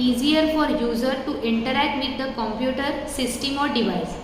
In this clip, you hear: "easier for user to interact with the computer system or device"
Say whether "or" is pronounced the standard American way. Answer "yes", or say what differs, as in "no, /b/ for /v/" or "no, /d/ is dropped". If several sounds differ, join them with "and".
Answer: yes